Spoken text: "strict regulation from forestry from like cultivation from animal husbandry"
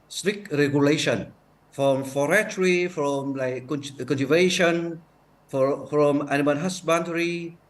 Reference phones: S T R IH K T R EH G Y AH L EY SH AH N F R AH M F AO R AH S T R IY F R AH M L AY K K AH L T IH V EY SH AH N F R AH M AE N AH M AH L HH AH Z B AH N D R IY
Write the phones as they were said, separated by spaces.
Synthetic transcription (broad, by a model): S T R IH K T R EH G Y AH L EY SH AH N F R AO M F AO R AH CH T R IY F R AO M L AY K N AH N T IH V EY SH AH N F R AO M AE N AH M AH N HH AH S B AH N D R IY